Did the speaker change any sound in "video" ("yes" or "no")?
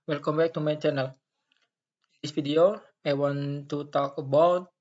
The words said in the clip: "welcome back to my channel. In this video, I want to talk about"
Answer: yes